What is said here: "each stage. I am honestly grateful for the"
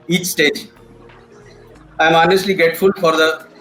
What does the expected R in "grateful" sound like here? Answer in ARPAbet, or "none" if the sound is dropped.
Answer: none